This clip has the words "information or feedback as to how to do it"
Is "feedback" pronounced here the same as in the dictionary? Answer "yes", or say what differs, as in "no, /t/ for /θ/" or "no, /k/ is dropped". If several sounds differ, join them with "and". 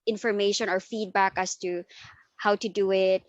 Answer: yes